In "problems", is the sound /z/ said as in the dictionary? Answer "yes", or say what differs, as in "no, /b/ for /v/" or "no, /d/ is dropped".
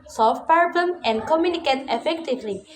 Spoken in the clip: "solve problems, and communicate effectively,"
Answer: no, /z/ is dropped